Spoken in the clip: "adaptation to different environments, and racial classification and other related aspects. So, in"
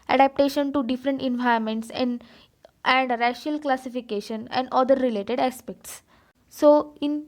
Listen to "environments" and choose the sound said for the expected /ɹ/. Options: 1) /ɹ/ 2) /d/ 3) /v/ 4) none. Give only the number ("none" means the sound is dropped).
4